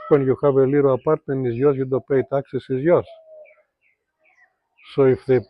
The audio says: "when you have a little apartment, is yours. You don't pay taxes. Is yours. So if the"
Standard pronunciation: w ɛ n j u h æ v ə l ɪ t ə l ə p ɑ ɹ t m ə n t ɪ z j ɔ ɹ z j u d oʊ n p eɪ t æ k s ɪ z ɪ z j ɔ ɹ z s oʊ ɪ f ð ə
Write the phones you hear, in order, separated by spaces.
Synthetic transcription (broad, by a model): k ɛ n j u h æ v ə l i t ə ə p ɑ ɹ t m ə n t ɪ z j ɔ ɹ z j u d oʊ p eɪ t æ k s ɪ s ɪ z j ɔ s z s oʊ ɪ f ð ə